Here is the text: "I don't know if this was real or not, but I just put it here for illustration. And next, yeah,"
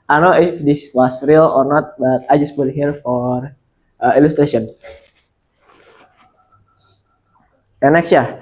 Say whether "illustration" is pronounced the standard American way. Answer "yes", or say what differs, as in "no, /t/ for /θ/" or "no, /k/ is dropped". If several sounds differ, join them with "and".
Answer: no, /n/ is dropped